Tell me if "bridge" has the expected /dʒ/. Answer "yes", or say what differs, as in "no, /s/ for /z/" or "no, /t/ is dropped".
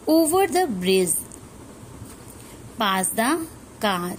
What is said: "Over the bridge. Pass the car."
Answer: no, /z/ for /dʒ/